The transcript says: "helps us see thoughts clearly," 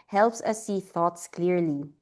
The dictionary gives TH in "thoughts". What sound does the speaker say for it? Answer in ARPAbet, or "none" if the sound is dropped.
TH